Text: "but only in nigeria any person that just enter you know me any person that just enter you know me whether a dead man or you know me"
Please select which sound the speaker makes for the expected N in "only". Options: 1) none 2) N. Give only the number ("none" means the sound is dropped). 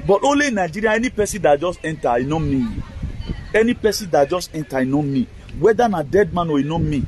1